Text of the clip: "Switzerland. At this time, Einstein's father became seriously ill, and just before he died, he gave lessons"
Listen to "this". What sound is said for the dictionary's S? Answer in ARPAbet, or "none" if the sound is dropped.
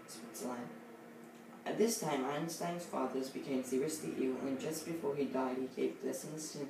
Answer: S